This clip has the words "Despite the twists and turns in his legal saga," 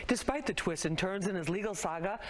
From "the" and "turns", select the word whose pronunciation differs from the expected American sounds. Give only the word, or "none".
none